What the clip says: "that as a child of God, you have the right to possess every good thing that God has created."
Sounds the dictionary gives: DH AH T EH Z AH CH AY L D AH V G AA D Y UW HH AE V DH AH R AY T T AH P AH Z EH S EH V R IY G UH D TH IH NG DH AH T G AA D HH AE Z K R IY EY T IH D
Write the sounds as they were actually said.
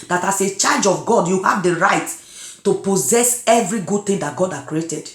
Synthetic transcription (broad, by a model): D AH T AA S AH CH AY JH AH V G AA D Y UW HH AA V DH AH R AY T T AH P AH Z EH S EH V R IY G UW D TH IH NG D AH T G AA D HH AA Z K R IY EY T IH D